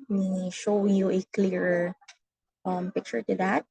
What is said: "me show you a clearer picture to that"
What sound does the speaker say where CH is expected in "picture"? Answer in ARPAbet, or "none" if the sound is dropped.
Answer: CH